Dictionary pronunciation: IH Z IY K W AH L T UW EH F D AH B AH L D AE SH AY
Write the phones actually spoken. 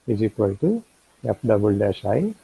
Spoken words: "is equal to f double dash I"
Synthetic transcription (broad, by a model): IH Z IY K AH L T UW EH P D AH B AH L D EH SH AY